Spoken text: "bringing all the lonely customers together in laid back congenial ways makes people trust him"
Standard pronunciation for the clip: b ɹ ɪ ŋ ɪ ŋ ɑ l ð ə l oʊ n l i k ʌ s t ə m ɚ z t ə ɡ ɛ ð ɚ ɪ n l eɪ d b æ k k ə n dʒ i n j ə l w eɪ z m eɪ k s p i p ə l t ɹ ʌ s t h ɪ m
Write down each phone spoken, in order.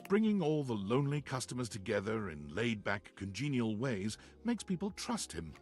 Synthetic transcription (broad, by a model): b ɹ ɪ ŋ ɪ ŋ ɑ l ð ə l oʊ n l i k ʌ s t ə m ɚ z t ə ɡ ɛ ð ɚ ɪ n l eɪ d b æ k k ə n dʒ i n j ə l w eɪ z m eɪ k s p i p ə l t ɹ ʌ s t h ɪ m